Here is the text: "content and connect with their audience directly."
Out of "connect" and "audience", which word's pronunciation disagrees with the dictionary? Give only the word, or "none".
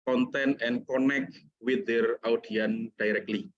audience